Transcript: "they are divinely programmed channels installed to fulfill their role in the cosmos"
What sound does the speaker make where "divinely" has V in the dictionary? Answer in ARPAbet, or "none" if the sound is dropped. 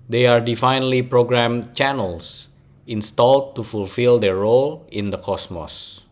F